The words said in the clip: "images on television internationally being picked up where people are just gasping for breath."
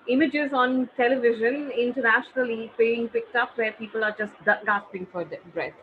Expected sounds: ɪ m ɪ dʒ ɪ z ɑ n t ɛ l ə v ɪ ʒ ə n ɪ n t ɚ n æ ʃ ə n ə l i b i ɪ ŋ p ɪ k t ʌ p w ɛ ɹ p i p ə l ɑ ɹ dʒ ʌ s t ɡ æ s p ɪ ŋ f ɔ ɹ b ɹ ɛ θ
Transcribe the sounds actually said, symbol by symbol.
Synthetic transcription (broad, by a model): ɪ m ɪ dʒ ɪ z ɑ n t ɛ l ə v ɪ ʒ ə n ɪ n t ɚ n æ ʃ ə n ə l i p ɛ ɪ ŋ p ɪ k t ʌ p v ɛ ɹ p i p ə l ɑ ɹ dʒ ʌ s t ɡ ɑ s p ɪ ŋ f ɔ ɹ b ɹ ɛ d